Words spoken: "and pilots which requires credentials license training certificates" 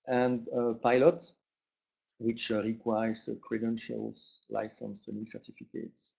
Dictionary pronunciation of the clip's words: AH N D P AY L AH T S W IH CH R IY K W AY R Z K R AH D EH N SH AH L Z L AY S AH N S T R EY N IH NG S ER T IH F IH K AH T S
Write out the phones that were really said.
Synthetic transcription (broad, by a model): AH N D P AY L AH T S W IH CH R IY K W AY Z K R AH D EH N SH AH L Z L AY S AH N S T EY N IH S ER T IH F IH K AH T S